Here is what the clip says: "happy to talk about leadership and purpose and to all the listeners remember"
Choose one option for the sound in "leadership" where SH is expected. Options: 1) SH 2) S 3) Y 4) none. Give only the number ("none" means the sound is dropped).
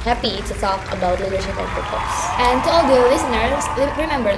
1